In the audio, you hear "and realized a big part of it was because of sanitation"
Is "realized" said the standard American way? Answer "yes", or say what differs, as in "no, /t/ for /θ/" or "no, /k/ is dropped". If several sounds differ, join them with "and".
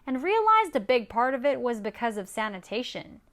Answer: yes